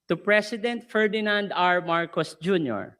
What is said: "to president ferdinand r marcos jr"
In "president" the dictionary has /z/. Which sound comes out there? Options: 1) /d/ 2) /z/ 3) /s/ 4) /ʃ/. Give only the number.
3